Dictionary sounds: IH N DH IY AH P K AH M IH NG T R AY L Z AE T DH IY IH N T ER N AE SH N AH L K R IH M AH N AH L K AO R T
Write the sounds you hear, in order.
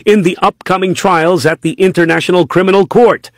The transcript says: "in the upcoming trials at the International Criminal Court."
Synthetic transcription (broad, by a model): IH N DH IY AH P K AH M IH NG T R AY L Z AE T DH IY IH N T ER N AE SH N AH L K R IH M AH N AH L K AO R T